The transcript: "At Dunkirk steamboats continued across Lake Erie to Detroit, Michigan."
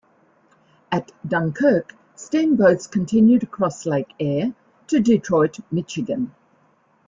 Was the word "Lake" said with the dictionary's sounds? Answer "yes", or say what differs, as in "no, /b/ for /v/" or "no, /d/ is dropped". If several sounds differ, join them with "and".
no, /k/ is dropped